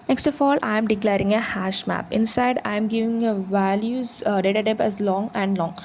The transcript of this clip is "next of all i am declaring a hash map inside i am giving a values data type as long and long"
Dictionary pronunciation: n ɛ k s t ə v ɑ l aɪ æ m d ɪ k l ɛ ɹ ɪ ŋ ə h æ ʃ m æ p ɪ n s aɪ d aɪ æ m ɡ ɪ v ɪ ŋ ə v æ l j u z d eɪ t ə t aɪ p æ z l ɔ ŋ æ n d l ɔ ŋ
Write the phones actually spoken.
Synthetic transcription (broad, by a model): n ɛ k s t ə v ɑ l aɪ m d ɪ k l ɛ ɹ ɪ ŋ ə h æ ʃ m æ p ɪ n s aɪ d aɪ m ɡ ɪ v ɪ ŋ ə v æ l j u z d eɪ t ə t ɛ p æ z l ɔ ŋ æ n d l ɔ ŋ